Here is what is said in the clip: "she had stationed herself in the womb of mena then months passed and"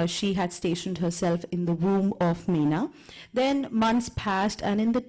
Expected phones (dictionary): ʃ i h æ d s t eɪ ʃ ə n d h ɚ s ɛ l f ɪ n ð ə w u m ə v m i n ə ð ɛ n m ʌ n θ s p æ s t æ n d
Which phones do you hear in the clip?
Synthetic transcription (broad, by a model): ʃ i h æ d s t eɪ ʃ ə n d h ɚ s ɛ l f ɪ n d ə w u m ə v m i n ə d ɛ n m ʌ n t s p æ s t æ n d